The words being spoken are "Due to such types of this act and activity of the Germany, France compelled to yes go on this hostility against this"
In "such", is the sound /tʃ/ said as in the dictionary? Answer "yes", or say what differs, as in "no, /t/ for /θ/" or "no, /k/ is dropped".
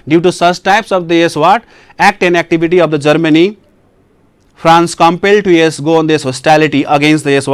no, /s/ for /tʃ/